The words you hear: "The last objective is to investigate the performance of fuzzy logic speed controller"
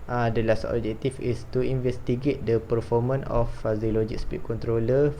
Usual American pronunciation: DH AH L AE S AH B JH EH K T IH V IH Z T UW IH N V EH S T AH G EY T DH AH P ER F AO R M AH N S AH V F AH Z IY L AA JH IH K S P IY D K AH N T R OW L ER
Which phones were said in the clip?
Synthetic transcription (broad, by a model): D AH L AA S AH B JH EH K T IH F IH S T UW IH N V EH S T AH G EY T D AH P ER F AO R M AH N AH F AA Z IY L AA JH IH K S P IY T K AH N T R OW L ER